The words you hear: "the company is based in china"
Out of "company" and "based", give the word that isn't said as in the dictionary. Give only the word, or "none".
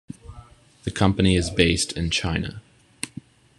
none